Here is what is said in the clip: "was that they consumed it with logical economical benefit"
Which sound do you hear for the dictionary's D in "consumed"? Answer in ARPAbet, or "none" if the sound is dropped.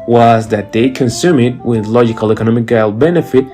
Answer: none